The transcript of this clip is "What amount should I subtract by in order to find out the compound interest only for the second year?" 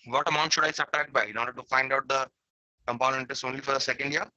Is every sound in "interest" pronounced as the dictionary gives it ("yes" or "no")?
no